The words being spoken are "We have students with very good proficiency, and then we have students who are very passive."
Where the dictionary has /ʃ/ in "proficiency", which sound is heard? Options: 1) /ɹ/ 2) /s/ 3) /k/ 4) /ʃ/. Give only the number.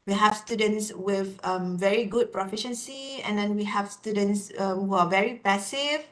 4